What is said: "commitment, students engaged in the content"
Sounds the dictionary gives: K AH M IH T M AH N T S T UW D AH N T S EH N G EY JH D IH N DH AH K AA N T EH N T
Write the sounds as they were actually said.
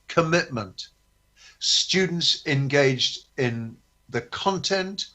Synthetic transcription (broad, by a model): K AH M IH T M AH N T S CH UW D N T S EH N G EY JH D IH N DH AH K AA N T EH N T